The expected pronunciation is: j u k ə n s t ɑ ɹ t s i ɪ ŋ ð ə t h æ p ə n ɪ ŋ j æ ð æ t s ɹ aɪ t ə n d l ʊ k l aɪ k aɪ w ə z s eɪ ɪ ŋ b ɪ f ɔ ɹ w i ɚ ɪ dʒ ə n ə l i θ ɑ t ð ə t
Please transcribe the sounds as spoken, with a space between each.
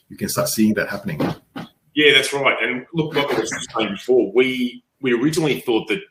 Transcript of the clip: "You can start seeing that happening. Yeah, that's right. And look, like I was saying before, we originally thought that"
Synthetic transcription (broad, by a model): j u k ə n s t ɑ ɹ t s i ɪ ŋ ð ə t h æ p ə n ɪ ŋ j æ ð æ t s ɹ aɪ t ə n l ʊ k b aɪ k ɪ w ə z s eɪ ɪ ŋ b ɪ f ɔ ɹ w i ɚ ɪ dʒ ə n l i θ ɑ t ð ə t